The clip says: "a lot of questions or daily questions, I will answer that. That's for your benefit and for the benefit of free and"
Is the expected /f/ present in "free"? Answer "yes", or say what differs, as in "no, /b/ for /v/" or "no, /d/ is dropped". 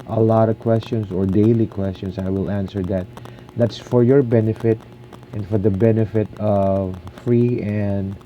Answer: yes